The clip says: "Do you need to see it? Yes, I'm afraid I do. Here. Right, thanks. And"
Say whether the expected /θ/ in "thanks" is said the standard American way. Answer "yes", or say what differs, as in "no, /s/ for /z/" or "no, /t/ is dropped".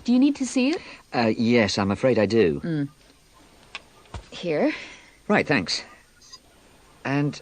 yes